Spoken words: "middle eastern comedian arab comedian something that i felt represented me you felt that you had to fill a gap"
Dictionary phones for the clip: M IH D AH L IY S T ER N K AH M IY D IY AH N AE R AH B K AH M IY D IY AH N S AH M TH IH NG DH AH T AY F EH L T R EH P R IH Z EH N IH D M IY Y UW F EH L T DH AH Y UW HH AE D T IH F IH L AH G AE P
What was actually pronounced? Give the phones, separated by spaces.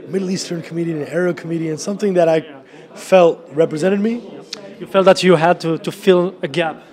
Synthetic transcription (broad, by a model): M IH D L IY S T ER N K AH M IY D IY AH N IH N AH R K AH M IY D IY AH N S AH M TH IH NG DH AH T AY F EH L T R EH P R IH Z EH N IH D M IY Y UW F EH L T DH AH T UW HH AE D T IH F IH L AH G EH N